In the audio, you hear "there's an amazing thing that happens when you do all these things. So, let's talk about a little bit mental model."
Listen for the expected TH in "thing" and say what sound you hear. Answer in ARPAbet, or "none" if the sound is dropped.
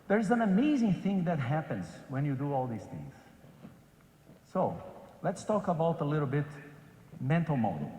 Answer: TH